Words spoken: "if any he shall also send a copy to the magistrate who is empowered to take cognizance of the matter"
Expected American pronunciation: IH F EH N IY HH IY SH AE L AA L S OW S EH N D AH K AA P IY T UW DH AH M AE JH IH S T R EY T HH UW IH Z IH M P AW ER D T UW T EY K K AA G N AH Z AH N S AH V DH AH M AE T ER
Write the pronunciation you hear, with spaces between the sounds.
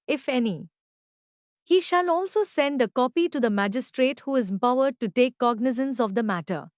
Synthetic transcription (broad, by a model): IH F EH N IY HH IY SH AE L AA L S OW S EH N D AH K AA P IY T UW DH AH M AE JH IH S T R EY T HH UW IH Z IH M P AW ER D T UW T EY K K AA G N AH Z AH N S AH V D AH M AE T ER